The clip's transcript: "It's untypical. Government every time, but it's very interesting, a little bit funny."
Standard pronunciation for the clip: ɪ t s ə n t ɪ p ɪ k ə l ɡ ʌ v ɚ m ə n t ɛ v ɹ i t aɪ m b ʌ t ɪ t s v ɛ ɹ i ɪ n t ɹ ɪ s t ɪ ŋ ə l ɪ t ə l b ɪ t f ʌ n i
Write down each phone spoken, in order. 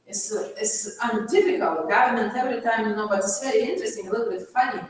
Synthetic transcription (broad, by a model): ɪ t s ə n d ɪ f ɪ k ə l ɡ ʌ v ɚ m ə n t ɛ v ɹ i t aɪ m b ʌ t ɪ t s v ɛ ɹ i ɪ n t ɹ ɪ s t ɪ ŋ ə l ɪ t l b ɪ t f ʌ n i